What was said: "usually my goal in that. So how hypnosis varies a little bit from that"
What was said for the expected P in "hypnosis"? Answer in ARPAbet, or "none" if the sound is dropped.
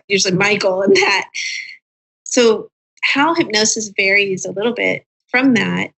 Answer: P